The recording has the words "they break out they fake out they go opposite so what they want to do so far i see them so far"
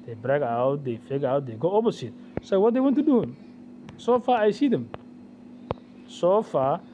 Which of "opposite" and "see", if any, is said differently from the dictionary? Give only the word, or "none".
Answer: opposite